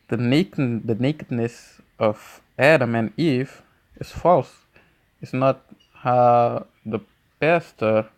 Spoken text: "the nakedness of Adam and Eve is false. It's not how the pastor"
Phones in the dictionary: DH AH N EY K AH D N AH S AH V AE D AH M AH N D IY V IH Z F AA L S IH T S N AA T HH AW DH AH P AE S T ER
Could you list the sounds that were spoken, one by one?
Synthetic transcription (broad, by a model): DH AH N EY K AH D N AH S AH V AE D AH M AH N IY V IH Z F AA L S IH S N AA T HH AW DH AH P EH S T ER